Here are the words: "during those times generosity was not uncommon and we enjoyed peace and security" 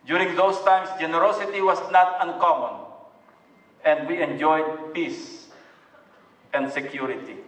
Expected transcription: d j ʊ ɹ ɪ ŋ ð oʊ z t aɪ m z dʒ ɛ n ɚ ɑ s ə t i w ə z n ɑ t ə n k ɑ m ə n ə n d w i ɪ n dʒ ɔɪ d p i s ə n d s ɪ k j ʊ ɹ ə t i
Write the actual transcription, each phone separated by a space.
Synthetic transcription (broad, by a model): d j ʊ ɹ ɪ ŋ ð oʊ s t aɪ m s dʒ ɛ n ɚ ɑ s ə t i w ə s n ɑ t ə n k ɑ m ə n ə n d w i ɪ n dʒ ɔɪ d p i s ə n d s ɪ k j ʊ ɹ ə t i